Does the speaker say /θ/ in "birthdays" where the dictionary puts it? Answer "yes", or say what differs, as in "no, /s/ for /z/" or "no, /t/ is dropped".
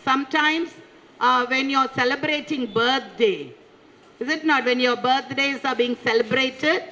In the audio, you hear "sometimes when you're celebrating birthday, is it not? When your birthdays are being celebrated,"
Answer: no, /t/ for /θ/